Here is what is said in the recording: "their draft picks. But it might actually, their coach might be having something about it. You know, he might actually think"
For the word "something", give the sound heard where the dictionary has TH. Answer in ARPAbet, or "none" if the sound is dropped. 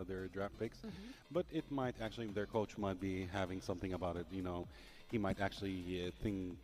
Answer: TH